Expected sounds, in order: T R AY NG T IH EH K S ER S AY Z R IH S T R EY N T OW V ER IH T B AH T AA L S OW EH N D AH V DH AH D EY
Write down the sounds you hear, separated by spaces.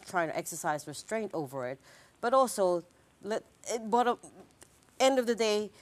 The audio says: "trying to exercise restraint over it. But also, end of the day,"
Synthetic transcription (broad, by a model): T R AY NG T IH EH K S ER S AY Z R IH S T R EY N T OW V ER IH T B AH T AA L S OW EH N D AH V DH AH D EY